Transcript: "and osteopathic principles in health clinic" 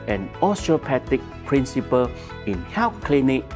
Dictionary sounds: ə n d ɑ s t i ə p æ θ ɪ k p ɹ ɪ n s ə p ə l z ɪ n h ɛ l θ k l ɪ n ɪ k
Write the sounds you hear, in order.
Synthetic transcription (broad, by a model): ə n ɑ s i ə p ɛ t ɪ k p ɹ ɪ n s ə p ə l ɪ n h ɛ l f k l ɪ n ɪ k